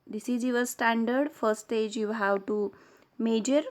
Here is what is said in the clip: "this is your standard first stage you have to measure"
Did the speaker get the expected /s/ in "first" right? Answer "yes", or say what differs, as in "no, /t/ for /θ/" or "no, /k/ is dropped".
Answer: no, /s/ is dropped